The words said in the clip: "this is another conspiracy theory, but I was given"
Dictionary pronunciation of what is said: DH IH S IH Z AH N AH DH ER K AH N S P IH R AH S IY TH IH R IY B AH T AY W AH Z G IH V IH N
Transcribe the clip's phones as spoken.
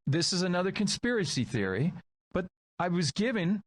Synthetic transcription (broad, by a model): DH IH S IH Z AH N AH DH ER K AH N S P IH R AH S IY TH IH R IY B AH T AY W AH Z G IH V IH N